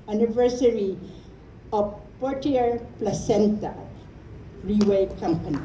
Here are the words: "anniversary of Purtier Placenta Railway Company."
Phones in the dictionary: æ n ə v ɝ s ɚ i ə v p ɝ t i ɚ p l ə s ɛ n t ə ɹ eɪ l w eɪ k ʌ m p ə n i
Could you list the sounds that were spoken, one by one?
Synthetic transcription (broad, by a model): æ n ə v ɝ s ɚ i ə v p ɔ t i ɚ p l ə s ɛ n t ə ɹ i w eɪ k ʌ m p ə n i